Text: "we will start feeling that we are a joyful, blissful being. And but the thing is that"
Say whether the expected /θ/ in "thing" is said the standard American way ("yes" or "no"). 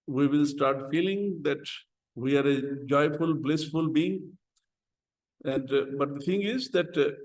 no